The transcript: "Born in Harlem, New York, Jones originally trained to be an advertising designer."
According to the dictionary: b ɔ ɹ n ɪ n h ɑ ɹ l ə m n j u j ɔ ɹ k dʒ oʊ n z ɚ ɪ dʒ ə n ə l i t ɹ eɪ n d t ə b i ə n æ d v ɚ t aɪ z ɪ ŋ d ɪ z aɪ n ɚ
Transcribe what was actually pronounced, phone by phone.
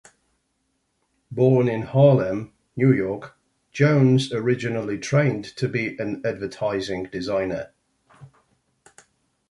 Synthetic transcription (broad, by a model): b ɔ n ɪ n h ɑ l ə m n j u j ɔ k dʒ oʊ n z ɚ ɪ dʒ ə n ə l i t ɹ eɪ n t ə b i ə n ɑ d v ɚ t aɪ z ɪ ŋ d ɪ z aɪ n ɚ